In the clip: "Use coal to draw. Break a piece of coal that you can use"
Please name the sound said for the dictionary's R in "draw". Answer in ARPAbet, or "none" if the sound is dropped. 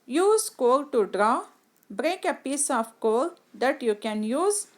R